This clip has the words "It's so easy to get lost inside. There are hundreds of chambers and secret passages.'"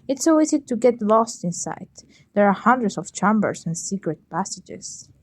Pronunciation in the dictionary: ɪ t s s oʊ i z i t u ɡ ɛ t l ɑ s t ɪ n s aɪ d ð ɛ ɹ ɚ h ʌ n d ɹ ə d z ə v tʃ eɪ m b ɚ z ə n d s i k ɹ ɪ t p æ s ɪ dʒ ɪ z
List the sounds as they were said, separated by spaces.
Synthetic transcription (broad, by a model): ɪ t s s oʊ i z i t u ɡ ɛ t l ɑ s t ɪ n s aɪ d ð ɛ ɹ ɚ h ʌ n d ɹ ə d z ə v tʃ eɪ m b ɚ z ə n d s i k ɹ ɪ t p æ s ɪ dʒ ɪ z